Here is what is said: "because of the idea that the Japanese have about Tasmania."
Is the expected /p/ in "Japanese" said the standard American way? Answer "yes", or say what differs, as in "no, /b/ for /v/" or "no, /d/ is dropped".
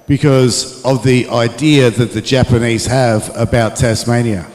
yes